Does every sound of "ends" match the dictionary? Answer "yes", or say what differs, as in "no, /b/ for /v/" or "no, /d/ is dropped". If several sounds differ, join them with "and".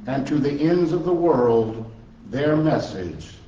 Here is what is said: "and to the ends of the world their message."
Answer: yes